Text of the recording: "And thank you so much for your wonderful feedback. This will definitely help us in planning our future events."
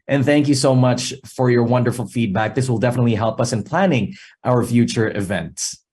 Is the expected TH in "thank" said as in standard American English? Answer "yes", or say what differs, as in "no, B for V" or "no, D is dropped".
yes